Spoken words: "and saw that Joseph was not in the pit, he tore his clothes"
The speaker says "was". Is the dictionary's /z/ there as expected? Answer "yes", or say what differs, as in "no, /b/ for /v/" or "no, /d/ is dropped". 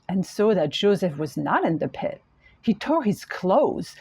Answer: yes